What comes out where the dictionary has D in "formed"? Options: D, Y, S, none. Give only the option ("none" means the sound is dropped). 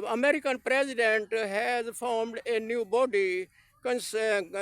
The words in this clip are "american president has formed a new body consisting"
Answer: D